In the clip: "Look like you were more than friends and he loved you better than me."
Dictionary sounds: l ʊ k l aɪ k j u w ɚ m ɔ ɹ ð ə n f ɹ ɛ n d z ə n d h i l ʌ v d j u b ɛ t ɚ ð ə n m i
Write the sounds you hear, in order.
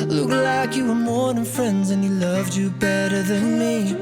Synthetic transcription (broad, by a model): l ʊ k l aɪ k j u w ɚ m ɔ ɹ ð ə n f ɹ ɛ n d z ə n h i l ʌ v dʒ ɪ b ɛ t ɚ ð ə n m i